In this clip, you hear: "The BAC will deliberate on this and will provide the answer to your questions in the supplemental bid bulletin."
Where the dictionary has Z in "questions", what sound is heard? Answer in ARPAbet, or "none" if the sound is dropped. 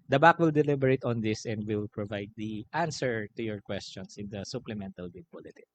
S